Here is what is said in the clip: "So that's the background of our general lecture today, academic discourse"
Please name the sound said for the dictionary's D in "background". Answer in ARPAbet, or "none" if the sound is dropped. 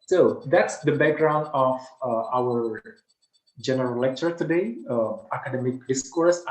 D